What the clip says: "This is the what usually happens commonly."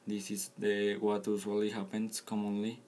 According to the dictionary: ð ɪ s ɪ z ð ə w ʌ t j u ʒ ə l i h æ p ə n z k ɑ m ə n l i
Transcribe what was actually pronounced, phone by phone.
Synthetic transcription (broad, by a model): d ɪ s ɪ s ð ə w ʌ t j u s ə l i h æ p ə n s k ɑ m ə n l i